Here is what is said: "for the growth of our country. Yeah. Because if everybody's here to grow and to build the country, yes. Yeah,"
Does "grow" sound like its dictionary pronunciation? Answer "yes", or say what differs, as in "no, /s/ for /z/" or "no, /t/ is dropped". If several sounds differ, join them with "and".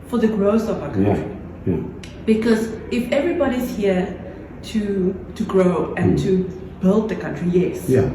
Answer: yes